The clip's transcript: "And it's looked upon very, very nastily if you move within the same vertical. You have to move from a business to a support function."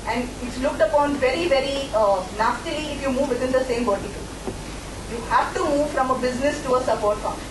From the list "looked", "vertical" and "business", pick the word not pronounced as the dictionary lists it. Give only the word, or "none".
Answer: vertical